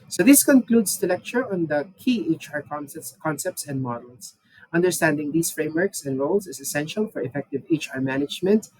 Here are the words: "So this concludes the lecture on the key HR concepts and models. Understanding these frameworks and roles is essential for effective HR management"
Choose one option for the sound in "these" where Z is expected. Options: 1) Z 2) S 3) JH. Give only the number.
2